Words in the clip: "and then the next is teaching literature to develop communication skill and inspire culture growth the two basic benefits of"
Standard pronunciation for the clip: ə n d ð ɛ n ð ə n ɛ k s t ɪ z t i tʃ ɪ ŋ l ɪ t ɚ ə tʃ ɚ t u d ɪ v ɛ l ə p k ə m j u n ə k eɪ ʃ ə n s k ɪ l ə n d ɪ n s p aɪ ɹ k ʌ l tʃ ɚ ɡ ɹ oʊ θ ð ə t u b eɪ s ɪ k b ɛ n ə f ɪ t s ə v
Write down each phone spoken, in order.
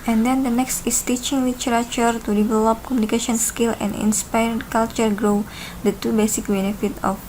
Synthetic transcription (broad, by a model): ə n d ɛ n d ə n ɛ k s t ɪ s t i tʃ ɪ ŋ l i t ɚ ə tʃ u t u d ɪ v ɛ l ə p k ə m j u n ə k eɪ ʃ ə n s k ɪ l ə n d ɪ n s p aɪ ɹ k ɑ l tʃ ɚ ɡ ɹ oʊ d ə t u b eɪ s ɪ k b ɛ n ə f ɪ t ə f